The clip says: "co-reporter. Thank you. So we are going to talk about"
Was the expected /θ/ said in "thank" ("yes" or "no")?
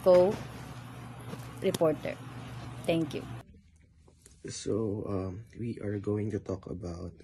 no